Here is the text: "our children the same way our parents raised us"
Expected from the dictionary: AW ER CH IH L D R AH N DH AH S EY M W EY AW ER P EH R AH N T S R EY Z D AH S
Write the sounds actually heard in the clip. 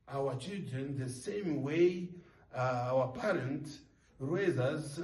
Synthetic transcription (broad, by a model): AW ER CH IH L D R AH N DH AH S EY M W EY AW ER P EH R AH N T R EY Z AH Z